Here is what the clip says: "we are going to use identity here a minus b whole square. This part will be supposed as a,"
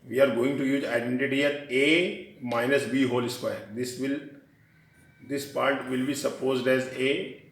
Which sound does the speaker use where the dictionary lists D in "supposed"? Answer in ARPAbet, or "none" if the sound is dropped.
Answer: D